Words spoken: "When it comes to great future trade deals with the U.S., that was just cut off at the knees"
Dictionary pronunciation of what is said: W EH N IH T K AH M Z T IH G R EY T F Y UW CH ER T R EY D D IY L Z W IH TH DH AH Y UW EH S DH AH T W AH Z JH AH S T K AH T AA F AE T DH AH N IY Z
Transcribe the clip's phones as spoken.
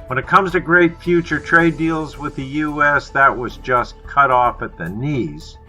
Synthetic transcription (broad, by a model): W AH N IH T K AH M Z T IH G R EY T F Y UW CH ER T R EY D D IY L Z W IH DH AH Y UW EH S DH AH T W AH Z JH AH S K AH T AA F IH T DH AH N IY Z